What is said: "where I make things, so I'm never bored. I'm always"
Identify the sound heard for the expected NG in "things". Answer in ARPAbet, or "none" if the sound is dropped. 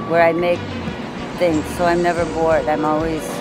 NG